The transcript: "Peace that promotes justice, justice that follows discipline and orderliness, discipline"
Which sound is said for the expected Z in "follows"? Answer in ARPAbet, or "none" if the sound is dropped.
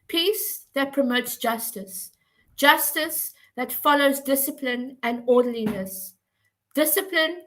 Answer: Z